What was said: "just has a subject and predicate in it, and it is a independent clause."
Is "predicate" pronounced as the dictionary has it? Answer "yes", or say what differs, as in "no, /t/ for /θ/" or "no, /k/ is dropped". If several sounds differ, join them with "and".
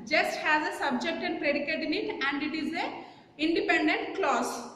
yes